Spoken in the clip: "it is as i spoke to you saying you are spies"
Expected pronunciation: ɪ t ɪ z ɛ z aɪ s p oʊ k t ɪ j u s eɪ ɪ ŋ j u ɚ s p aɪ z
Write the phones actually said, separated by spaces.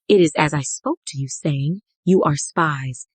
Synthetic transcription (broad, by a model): ɪ t ɪ z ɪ z aɪ s p oʊ k t ɪ j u s eɪ ɪ ŋ j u ɚ s p aɪ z